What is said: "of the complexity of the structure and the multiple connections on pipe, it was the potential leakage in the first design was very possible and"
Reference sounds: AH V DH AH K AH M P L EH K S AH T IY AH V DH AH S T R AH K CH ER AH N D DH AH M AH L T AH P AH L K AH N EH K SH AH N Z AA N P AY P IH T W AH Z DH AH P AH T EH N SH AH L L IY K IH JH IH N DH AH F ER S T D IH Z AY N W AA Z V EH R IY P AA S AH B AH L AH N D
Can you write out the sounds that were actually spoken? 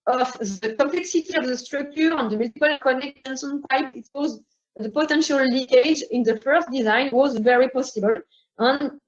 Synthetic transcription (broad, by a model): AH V DH AH K AH M P L EH K S AH T IY AH V DH AH S T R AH K CH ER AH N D DH AH M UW T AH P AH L K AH N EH K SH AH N S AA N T AY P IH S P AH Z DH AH P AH T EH N SH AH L L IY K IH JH IH N DH AH F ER S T D IH Z AY N W AA Z V EH R IY P AA S AH B AH L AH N